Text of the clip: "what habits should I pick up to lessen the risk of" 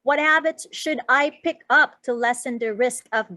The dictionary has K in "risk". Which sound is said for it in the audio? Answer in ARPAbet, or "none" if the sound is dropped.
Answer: K